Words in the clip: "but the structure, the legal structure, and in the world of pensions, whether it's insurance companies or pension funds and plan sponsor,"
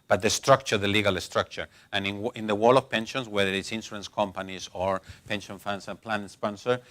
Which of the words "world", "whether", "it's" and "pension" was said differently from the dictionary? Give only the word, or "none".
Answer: world